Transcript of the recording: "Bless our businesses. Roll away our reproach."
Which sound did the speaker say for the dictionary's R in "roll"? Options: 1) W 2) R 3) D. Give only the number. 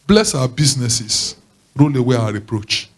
2